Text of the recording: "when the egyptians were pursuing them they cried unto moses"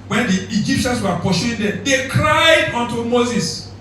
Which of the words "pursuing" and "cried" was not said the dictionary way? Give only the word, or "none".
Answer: pursuing